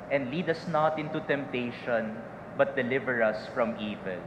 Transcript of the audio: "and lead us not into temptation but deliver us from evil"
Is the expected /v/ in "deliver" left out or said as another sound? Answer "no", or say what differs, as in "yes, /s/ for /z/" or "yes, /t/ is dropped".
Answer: no